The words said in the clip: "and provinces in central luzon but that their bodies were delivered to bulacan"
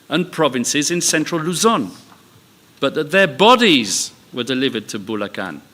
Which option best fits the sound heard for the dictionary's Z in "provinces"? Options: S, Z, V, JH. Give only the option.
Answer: Z